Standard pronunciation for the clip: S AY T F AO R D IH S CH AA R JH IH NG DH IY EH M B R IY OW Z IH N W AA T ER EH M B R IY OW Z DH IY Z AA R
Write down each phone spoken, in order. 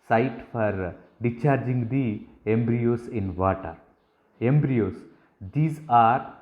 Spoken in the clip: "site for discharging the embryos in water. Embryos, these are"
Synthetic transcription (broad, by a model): S AY T F AO R D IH CH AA R JH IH NG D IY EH M B R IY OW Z IH N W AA T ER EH M B R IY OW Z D IY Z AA R